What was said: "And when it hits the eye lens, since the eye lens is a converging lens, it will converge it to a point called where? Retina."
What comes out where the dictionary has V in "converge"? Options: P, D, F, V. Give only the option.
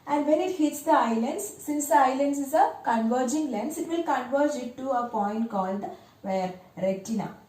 V